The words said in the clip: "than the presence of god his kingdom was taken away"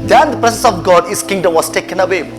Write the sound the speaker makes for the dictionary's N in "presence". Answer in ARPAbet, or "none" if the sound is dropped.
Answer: none